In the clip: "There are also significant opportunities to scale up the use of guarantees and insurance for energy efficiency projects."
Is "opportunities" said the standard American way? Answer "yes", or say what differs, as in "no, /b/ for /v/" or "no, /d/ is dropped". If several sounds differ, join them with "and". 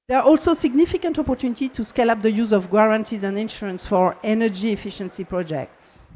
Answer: no, /z/ is dropped